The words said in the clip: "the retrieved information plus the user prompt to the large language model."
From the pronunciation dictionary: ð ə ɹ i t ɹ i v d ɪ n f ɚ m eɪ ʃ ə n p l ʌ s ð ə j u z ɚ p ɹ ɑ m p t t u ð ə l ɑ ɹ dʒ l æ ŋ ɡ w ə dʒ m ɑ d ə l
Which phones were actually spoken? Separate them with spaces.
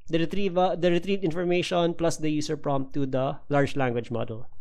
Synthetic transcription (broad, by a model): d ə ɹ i t ɹ i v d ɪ n f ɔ m eɪ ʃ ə n p l ʌ s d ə j u s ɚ p ɹ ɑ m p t t u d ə l ɑ ɹ dʒ l æ ŋ ɡ w ə dʒ m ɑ d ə l